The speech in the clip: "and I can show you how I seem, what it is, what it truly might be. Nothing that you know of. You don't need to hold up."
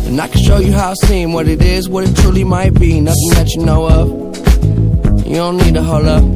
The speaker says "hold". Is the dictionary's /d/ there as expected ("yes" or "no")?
no